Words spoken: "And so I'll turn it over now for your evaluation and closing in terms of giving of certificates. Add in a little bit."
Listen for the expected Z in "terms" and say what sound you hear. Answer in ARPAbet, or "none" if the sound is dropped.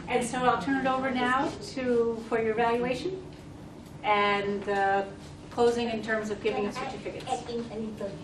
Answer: Z